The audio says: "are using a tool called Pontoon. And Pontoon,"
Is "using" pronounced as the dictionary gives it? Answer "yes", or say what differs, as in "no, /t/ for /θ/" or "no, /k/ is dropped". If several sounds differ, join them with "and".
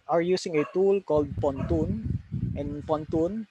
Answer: no, /s/ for /z/